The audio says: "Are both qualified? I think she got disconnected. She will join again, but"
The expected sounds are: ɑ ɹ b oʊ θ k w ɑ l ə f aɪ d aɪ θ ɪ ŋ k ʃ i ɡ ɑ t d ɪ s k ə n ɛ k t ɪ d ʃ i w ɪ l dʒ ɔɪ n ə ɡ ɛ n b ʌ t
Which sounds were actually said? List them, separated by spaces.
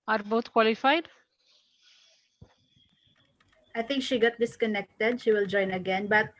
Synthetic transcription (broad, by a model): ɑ ɹ b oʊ t k w ɑ l ə f aɪ d aɪ θ ɪ ŋ k ʃ i ɡ ɑ t d ɪ s k ə n ɛ k t ɪ d ʃ i w ɪ l dʒ ɔɪ n ə ɡ ɛ n b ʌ t